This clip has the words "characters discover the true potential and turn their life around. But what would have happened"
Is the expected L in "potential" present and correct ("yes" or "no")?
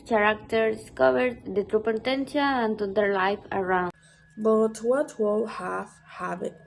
no